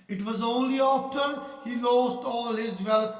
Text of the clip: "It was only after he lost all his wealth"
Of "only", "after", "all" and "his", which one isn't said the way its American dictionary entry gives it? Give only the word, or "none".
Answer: after